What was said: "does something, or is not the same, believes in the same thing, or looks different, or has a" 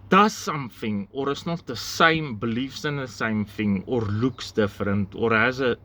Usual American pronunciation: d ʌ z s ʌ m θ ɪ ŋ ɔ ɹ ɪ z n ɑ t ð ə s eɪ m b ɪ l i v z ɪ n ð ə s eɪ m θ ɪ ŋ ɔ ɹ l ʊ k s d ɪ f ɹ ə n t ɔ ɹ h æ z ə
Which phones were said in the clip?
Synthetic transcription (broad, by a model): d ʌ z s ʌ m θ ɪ ŋ ɔ ɹ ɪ s n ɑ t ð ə s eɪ m b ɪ l i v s ɪ n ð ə s eɪ m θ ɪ ŋ ɔ ɹ l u k s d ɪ f ɹ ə n t ɔ ɹ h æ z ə